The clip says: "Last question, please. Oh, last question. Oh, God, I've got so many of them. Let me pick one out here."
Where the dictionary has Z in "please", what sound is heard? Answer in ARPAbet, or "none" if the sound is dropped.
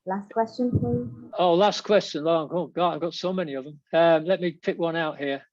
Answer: none